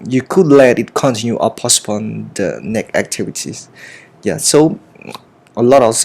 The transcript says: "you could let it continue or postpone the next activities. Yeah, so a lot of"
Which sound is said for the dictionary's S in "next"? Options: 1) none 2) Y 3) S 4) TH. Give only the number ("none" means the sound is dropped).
1